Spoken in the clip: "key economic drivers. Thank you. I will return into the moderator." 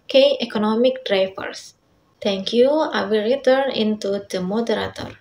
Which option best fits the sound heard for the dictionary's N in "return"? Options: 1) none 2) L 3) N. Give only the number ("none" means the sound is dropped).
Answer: 3